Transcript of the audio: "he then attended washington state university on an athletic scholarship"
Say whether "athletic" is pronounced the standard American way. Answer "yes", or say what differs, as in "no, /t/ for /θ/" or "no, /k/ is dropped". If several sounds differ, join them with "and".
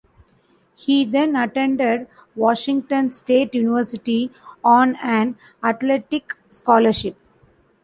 no, /t/ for /θ/